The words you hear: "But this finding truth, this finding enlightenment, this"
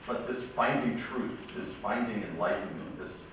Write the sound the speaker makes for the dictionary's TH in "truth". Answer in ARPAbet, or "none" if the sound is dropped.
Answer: TH